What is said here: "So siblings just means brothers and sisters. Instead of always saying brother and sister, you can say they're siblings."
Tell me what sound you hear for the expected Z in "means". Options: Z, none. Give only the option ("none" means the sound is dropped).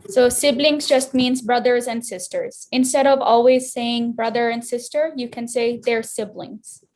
Z